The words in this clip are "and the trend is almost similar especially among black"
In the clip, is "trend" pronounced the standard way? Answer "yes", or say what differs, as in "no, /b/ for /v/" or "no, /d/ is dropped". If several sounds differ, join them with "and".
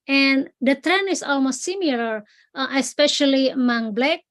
no, /d/ is dropped